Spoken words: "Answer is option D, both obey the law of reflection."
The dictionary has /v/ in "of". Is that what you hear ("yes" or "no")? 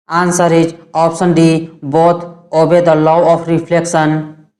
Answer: no